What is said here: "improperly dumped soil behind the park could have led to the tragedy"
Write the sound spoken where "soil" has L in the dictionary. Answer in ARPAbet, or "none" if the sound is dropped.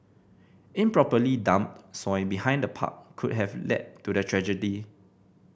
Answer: N